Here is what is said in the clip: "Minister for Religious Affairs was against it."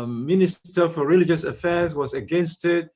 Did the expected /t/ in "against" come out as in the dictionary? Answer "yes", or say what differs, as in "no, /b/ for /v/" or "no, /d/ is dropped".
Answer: yes